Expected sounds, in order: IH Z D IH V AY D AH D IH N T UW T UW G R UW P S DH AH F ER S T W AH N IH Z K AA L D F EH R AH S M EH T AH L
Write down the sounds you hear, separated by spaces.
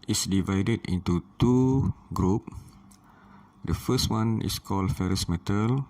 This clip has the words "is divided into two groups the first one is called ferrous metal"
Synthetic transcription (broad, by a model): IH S D IH V AY D AH D IH N T UW T UW G R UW P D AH F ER S T W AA N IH S K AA L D F EH R AH S M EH T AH L